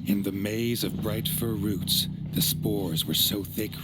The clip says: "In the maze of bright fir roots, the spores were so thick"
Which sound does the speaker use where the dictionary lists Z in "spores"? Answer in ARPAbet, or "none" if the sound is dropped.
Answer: Z